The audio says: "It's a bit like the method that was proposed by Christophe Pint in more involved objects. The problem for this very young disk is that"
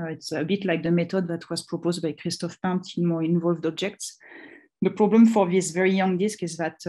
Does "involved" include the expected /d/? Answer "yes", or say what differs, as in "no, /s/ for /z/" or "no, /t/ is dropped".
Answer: yes